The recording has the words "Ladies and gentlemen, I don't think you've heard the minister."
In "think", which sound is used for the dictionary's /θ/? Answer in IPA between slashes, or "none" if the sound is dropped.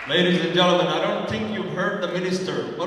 /θ/